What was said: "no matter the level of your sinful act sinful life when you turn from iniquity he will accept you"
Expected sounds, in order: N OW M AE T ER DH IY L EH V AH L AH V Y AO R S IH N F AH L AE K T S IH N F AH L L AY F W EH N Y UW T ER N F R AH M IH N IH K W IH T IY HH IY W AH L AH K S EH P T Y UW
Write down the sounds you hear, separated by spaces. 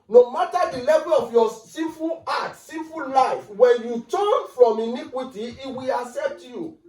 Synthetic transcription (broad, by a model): N OW M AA T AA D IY L EH V AH L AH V Y AO S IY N F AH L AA T S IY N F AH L L AY F W EH N Y UW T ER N F R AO M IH N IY K W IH T IY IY W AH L AH K S EH P T Y UW